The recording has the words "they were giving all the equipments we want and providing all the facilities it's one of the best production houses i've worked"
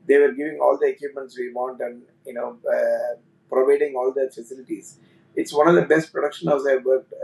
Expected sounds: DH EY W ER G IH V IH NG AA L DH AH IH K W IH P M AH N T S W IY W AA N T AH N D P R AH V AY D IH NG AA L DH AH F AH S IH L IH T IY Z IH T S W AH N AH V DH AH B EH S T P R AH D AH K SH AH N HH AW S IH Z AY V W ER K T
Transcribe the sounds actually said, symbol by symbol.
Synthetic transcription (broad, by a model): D EY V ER G IH V IH NG AA L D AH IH K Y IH P M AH N T S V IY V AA N T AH N D P R AH V AY D IH NG AA L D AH F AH S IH L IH T IY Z IH T S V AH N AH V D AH B EH S T P R AH D AH K SH AH N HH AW IH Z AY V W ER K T